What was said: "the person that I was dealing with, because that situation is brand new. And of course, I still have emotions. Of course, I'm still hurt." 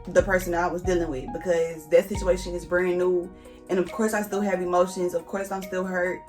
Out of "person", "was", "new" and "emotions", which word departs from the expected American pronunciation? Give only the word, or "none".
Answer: none